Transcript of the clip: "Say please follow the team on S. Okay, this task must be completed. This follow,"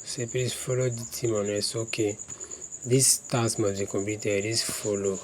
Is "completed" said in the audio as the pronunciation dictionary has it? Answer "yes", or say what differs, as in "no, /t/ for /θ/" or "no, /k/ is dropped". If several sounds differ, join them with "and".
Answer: no, /l/ is dropped